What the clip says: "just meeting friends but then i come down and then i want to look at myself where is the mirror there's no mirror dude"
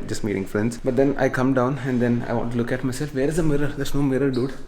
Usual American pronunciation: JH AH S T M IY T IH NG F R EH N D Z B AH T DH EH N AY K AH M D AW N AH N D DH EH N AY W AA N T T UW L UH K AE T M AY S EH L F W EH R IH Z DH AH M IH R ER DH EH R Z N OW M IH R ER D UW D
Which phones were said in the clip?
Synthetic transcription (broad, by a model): JH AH S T M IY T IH NG F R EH N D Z B AH T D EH N AY K AH M D AW N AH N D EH N AY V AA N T T UW L UH K AE T M AY S EH L F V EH R IH Z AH M IH R ER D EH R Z N OW M IH R ER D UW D